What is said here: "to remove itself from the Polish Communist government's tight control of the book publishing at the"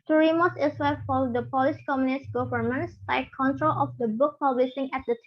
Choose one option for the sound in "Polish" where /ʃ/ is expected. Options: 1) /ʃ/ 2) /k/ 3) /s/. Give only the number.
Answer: 3